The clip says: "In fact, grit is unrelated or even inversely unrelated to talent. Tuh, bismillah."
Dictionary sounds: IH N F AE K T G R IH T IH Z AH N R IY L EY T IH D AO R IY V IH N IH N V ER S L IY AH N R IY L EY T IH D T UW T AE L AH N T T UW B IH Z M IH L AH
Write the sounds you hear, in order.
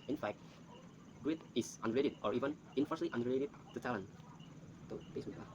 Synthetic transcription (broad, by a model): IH N F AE K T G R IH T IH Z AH N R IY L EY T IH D AO R IY V IH N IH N F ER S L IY AH N R IY L EY T IH D T UW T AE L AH N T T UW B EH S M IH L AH